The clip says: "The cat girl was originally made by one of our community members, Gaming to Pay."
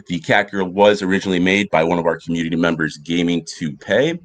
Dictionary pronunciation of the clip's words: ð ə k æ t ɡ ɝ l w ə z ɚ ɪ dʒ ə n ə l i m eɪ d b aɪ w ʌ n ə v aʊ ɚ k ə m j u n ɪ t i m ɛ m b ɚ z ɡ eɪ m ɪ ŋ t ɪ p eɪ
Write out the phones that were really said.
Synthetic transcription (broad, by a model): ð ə k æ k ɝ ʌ w ə z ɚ ɪ dʒ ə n l i m eɪ d b aɪ w ʌ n ə v aʊ ɚ k m j u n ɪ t i m ɛ m b ɚ z ɡ eɪ m ɪ ŋ t ɪ p eɪ